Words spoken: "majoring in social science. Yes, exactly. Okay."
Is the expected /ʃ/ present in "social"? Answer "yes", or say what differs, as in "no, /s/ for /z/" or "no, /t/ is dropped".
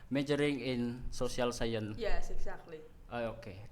no, /s/ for /ʃ/